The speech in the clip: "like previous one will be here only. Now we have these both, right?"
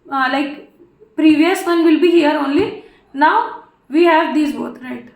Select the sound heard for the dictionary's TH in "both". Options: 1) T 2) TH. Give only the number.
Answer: 1